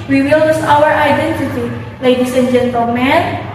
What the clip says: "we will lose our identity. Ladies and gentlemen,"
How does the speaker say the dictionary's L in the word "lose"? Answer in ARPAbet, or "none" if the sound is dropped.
N